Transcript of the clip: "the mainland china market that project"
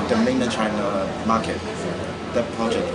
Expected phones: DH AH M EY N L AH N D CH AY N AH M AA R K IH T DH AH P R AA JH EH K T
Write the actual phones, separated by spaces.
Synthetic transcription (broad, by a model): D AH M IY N AH CH AY N AH M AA K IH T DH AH P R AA JH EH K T